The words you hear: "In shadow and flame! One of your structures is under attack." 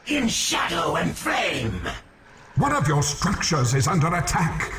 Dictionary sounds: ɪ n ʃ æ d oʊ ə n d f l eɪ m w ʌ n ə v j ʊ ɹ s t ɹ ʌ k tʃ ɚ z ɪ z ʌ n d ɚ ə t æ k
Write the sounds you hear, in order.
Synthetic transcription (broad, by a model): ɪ n ʃ æ d oʊ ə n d f l eɪ m w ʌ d ə v j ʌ ɹ s t ɹ ʌ k tʃ ɚ z ɪ z ʌ n d ɚ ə t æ k